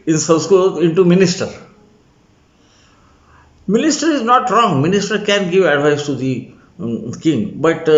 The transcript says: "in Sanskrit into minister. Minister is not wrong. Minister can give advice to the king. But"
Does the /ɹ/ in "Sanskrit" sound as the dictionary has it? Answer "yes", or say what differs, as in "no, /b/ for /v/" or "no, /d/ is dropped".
no, /ɹ/ is dropped